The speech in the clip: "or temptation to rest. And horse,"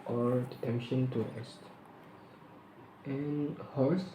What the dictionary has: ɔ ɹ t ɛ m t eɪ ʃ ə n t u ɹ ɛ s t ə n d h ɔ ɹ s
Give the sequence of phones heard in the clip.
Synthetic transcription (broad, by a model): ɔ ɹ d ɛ t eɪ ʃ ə n t u ɹ ɛ s t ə n h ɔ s